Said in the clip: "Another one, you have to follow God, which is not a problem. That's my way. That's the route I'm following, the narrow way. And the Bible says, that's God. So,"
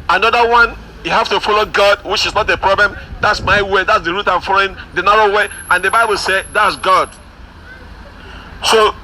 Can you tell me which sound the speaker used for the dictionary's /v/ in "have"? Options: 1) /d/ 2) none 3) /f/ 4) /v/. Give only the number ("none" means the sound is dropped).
3